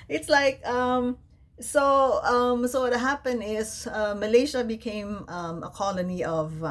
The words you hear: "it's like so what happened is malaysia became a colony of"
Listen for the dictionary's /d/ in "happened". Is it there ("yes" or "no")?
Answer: no